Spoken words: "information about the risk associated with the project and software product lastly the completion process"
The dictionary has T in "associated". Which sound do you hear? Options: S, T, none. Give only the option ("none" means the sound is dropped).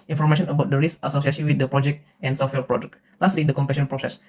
S